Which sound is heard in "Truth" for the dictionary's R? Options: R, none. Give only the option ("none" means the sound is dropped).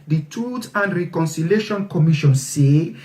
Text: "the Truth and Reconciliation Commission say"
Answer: none